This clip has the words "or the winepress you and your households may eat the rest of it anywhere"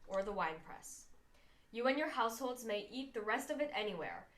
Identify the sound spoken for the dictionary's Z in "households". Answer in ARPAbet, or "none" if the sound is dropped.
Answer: Z